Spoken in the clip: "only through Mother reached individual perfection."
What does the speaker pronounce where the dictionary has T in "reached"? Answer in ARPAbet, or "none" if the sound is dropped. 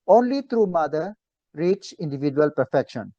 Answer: none